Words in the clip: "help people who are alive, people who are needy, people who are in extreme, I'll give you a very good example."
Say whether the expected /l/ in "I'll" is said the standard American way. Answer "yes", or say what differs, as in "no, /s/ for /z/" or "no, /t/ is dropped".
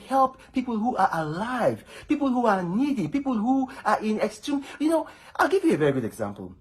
yes